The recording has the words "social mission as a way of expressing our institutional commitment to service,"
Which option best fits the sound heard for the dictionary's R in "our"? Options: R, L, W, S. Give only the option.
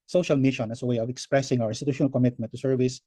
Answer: W